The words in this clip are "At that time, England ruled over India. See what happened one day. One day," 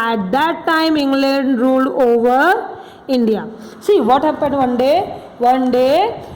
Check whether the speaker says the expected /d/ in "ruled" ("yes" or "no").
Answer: no